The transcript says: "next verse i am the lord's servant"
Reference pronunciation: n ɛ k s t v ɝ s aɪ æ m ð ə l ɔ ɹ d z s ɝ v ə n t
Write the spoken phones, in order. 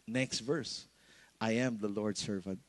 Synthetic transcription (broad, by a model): n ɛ k s t v ɝ s aɪ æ m ð ə l ɔ ɹ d s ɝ v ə n t